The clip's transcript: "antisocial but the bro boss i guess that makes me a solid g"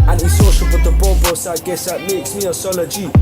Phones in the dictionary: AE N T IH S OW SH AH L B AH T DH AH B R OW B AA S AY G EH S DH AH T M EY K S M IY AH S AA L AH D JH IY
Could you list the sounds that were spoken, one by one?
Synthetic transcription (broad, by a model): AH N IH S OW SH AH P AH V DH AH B OW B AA S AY G EH S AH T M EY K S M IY AH S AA L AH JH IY